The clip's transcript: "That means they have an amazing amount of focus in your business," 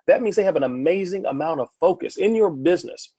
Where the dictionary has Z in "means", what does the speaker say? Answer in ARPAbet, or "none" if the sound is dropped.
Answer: Z